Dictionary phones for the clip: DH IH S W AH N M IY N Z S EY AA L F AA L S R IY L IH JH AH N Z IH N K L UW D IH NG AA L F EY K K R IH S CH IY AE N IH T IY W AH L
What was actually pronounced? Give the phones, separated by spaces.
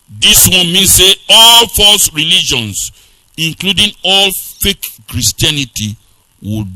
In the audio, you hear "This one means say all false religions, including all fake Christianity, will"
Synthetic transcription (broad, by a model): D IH S W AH N M IY N S EY AA L F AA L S R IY L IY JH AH N S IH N K L UW D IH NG AA L F EY K K R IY S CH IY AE N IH T IY W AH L